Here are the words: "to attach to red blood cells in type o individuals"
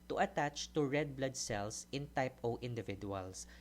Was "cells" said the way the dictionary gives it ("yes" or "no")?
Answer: no